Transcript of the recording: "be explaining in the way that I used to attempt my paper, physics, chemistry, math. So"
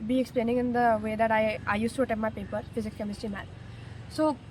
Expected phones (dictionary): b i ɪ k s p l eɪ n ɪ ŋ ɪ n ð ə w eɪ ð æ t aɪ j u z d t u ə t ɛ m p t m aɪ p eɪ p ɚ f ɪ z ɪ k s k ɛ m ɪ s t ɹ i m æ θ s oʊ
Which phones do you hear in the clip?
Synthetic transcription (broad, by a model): b i ɪ k s p l eɪ n ɪ ŋ ɪ n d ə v eɪ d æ t aɪ j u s t u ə t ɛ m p m aɪ p eɪ p ɚ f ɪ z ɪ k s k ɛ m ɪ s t i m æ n s oʊ